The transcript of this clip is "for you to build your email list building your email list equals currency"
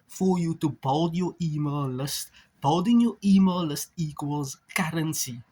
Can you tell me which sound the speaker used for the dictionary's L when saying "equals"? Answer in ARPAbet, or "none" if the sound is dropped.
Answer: L